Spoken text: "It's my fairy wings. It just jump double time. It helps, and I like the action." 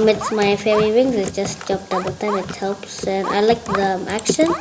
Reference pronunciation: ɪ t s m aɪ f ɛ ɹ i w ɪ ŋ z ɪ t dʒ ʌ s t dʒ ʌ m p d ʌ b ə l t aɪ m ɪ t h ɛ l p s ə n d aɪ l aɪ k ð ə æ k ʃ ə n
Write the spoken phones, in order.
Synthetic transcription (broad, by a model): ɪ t s m aɪ f ɛ ɹ i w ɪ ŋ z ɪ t dʒ ʌ s t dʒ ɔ p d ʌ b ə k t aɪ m ɪ t h ɛ l p s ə n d aɪ l aɪ k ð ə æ k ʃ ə n